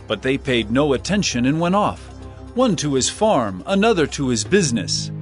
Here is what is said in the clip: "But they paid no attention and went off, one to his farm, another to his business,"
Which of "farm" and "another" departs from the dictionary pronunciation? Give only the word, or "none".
none